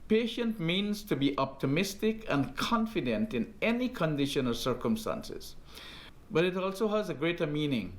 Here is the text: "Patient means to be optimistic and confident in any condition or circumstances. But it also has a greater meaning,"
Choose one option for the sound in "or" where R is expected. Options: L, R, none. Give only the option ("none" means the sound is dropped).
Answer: L